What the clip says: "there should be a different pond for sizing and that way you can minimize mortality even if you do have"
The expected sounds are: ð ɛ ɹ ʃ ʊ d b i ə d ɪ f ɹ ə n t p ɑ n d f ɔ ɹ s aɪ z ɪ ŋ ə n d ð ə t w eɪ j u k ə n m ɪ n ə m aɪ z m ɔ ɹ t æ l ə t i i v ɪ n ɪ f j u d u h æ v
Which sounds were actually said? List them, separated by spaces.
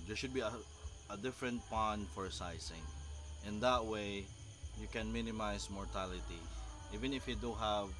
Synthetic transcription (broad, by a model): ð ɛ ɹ ʃ ʊ d b i ə d ɪ f ɹ ə n t p ɑ n d f ɔ ɹ s aɪ s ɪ ŋ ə n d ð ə t w eɪ j u k ə n m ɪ n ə m aɪ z m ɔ ɹ t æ l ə t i i v ɪ n ɪ f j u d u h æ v